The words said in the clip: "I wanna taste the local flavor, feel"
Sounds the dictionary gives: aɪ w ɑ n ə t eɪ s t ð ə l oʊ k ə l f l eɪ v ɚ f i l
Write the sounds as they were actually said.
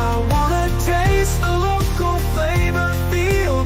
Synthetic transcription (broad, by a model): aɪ w ɑ n ə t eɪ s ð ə l oʊ k ə l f eɪ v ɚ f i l